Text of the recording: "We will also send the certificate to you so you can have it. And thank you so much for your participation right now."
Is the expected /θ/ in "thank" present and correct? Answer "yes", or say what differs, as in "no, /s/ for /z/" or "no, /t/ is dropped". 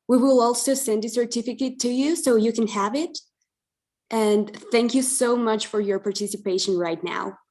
yes